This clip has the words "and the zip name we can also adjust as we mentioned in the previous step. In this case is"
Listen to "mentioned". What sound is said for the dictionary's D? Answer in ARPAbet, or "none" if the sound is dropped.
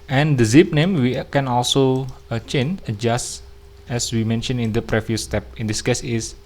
none